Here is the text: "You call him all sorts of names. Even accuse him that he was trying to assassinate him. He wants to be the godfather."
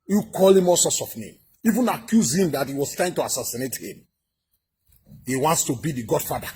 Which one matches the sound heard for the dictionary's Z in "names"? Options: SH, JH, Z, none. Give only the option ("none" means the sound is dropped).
none